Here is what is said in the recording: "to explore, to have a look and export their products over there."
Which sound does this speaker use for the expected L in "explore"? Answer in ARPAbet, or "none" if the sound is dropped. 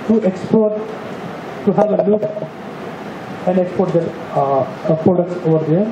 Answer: none